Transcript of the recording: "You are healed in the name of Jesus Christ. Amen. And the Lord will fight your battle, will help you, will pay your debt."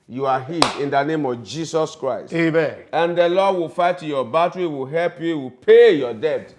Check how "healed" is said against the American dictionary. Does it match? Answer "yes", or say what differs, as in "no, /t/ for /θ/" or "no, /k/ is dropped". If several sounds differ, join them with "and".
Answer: no, /l/ is dropped